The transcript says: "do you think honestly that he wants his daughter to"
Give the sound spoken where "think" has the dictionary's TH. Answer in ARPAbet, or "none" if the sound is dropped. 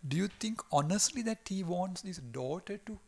T